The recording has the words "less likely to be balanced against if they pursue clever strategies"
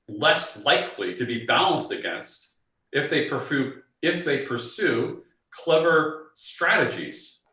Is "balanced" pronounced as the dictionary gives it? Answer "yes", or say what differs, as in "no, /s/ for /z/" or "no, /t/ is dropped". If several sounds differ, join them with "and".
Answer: yes